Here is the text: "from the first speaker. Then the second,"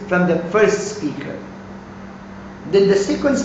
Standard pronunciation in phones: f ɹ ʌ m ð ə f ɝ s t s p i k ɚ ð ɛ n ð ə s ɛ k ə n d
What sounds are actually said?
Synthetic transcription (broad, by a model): f ɹ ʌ m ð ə f ɝ s t s p i k ɚ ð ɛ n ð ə s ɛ k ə n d